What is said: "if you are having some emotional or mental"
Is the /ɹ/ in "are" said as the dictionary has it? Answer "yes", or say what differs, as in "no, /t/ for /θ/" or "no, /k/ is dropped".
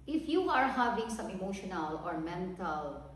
yes